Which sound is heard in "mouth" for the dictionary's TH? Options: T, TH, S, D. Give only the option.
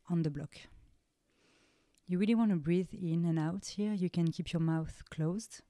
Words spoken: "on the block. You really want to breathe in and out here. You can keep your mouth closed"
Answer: TH